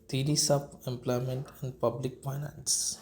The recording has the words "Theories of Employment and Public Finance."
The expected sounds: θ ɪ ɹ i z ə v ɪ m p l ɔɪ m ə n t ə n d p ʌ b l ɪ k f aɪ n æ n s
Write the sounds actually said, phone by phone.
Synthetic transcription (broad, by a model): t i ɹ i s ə b ɪ m p l ɔɪ m ə n t ə n d p ʌ b l ɪ k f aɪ n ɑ n s